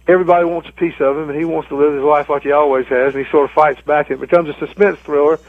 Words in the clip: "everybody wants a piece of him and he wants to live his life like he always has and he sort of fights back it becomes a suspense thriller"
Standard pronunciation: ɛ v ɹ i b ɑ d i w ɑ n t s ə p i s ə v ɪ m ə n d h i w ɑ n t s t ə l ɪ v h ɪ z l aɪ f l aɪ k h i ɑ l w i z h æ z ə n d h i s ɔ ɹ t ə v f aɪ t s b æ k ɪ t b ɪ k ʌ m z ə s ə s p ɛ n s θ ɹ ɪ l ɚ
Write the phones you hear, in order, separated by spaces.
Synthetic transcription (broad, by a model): ɛ v ɹ i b ɑ d i w ɑ n t s ə p i s ə v ɪ m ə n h i w ɑ n t s t ə l ɪ v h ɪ z l aɪ f l aɪ k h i ɑ l w i z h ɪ z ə n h i s ɔ ɹ t ə v f aɪ t s b æ k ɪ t b ɪ k ʌ m z ə s ə s p ɛ n s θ ɹ ɪ l ɚ